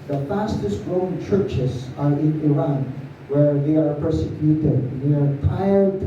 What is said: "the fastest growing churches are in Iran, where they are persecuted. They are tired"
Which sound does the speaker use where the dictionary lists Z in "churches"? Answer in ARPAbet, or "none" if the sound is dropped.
S